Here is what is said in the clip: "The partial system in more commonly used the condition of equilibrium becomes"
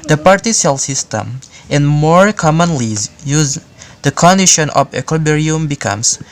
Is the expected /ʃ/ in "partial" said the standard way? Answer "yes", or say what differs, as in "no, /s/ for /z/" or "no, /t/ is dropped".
no, /s/ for /ʃ/